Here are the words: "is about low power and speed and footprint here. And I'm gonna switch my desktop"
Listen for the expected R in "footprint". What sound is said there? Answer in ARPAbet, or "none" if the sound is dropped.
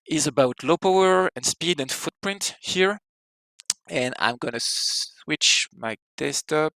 R